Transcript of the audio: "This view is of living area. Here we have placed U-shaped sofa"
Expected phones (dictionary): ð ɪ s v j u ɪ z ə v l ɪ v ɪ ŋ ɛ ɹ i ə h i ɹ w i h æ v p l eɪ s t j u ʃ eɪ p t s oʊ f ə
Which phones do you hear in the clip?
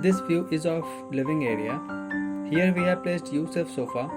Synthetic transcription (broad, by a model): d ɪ s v j u ɪ z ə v l ɪ v ɪ ŋ ɛ ɹ i ə h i ɹ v i h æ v p l eɪ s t j u s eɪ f s oʊ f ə